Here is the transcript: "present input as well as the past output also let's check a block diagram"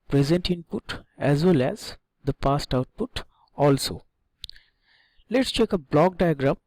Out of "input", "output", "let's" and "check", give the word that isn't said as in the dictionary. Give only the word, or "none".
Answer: none